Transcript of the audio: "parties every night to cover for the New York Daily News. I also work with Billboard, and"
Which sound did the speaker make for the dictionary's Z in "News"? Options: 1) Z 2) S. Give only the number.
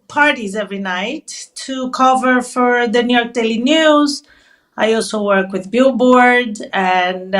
1